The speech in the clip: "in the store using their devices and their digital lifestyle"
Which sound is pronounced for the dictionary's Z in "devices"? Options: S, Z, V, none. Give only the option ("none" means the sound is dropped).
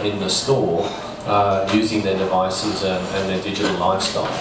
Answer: Z